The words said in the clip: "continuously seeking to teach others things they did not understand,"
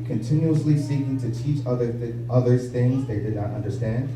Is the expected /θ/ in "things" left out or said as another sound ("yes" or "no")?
no